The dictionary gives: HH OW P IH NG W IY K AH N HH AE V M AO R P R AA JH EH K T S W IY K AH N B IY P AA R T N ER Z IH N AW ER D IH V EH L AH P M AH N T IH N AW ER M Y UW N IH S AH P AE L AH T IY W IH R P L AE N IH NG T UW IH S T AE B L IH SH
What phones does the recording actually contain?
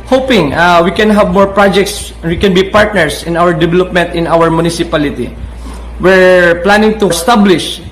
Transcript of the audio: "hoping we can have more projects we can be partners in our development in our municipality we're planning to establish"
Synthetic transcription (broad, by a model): HH OW P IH NG W IY K AH N HH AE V M AO R P R AA JH EH K T S W IY K AH N B IY P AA R T N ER S IH N AW ER D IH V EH L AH P M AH N T IH N AW ER M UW N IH S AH P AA L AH T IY W IH R P L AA N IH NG T UW S T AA B L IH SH